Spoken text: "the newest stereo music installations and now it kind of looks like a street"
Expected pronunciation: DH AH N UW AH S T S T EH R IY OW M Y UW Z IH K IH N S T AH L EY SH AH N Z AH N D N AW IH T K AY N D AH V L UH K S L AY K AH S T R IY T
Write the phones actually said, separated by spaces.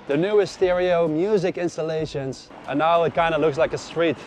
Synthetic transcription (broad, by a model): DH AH N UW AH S S T EH R IY OW M Y UW Z IH K IH N S T AH L EY SH AH N Z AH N N AW IH T K AY N D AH L UH K S L AY K AH S T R IY T